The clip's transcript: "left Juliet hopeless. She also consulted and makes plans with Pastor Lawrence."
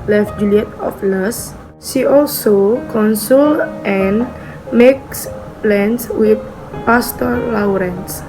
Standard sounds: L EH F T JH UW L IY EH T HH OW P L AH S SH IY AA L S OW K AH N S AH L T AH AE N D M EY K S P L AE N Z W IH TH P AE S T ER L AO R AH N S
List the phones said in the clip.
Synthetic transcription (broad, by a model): L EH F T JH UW L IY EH T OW F L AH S SH IY AA L S OW K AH N S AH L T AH N M EY K S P L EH N S W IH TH P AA S T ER L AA R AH N S